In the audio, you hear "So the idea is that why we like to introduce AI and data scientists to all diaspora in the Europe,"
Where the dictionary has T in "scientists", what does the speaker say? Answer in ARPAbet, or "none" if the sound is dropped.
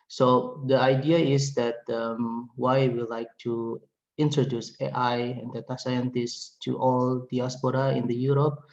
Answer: T